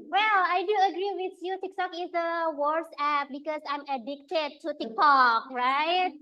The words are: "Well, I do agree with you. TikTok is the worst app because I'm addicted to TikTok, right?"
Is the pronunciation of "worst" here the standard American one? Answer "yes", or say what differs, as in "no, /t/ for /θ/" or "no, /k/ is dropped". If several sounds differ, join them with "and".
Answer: no, /t/ is dropped